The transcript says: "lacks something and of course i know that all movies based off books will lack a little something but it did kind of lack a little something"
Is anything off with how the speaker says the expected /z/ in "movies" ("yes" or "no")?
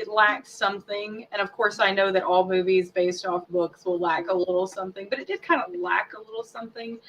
no